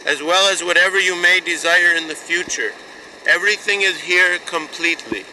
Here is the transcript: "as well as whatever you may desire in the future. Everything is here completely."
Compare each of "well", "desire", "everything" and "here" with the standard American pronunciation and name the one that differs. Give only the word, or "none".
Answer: none